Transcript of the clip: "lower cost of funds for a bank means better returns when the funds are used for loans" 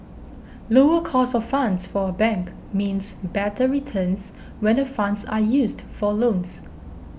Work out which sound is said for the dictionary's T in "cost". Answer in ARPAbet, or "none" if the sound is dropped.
none